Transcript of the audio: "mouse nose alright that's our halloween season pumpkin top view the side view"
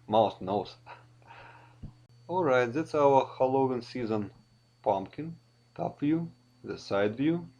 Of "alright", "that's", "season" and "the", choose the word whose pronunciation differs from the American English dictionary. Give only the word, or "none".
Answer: none